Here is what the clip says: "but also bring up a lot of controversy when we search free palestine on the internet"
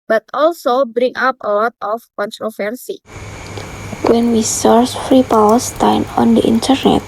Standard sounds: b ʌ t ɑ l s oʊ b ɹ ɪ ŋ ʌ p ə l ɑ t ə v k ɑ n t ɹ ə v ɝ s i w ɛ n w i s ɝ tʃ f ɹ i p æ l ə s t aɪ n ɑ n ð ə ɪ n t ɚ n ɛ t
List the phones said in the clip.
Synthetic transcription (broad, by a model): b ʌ t ɑ l s oʊ b ɹ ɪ ŋ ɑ p ə l ɑ t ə f k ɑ n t ɹ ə f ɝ s i w ɛ n w i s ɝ s f ɹ i p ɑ w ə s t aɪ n ɑ n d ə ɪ n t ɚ n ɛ t